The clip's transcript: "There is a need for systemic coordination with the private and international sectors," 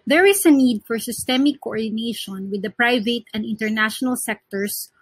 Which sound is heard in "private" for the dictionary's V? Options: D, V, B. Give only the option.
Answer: V